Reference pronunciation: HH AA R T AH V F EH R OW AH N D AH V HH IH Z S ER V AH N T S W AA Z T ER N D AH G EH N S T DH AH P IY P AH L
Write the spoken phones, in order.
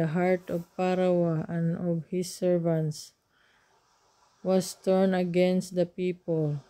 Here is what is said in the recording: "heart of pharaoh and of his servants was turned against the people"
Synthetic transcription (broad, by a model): HH AA R T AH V P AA R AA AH N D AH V HH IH S ER V AH N T S W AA S T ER N AH G EH N S T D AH P IY P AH L